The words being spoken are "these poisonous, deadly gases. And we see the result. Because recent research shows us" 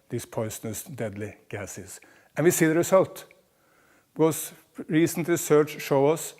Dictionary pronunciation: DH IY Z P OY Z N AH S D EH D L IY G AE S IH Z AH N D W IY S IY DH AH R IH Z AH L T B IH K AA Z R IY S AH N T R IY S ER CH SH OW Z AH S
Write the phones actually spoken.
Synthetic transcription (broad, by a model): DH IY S P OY S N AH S D EH D L IY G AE S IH S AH N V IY S IY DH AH R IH S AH L T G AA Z R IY S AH N T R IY S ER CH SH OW AH S